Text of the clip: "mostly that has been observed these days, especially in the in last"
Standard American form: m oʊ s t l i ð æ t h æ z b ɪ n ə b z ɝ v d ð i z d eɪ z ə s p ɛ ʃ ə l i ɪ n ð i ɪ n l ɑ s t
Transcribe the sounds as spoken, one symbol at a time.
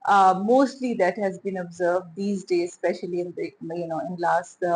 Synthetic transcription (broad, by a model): m oʊ s t l i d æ t h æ z b ɪ n ə b z ɝ v d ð i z d eɪ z s p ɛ ʃ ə l i ɪ n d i ɪ n l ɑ s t